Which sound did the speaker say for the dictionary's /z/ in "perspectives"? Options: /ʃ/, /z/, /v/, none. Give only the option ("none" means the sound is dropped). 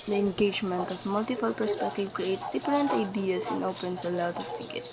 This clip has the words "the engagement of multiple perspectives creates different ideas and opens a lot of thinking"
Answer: none